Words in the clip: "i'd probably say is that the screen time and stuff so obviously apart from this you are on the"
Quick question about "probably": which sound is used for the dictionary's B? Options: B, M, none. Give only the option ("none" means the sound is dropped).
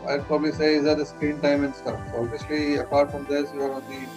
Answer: B